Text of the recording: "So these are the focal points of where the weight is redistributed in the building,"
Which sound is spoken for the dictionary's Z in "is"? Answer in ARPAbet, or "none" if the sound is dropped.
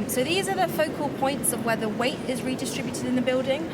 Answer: Z